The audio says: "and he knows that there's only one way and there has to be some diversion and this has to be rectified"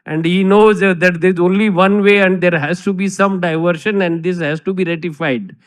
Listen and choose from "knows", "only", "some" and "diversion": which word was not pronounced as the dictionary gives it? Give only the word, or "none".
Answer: diversion